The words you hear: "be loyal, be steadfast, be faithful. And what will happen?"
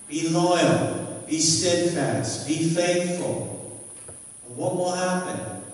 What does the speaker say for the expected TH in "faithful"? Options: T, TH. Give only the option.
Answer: TH